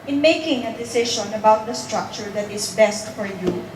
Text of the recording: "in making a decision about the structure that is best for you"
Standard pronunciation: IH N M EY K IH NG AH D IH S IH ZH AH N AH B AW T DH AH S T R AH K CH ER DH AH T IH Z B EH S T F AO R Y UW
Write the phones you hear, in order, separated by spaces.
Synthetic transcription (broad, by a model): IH N M EY K IH NG AH D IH S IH SH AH N AH B AW T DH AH S T R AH K CH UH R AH T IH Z B EH S T F AO R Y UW